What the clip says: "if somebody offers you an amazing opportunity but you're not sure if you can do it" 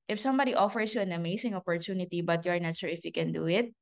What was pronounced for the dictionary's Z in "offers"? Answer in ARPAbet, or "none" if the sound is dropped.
S